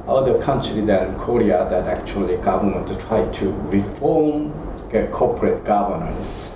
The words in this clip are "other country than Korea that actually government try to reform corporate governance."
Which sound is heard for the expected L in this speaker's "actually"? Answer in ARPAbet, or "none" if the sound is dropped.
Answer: L